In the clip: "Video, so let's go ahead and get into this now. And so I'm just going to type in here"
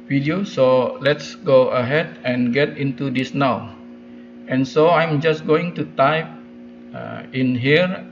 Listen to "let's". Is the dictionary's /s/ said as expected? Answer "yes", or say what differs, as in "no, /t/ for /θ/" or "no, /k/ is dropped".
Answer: yes